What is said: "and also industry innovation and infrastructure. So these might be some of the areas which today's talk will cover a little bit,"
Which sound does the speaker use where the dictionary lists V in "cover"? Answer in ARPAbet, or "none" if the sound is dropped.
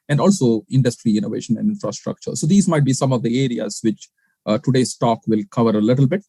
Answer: V